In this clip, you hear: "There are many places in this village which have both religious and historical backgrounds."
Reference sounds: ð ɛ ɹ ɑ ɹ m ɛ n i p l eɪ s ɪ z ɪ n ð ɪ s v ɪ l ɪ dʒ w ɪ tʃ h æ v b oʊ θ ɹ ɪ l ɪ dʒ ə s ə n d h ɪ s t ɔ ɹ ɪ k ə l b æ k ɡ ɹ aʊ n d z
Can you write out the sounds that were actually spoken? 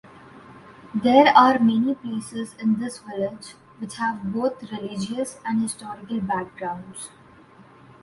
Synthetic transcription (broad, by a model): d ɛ ɹ ɑ ɹ m ɛ n i p l eɪ s ɪ z ɪ n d ɪ s v ɪ l ɪ dʒ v ɪ tʃ h æ v b oʊ t ɹ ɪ l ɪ dʒ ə s ə n d h ɪ s t ɔ ɹ ɪ k ə l b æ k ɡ ɹ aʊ n d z